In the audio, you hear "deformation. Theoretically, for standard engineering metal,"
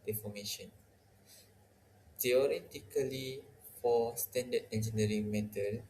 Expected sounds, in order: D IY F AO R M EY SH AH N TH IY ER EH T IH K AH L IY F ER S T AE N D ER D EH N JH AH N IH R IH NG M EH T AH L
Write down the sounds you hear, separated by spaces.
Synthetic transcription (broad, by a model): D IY F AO M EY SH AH N T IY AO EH T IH K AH L IY F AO S T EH N D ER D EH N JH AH N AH R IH NG M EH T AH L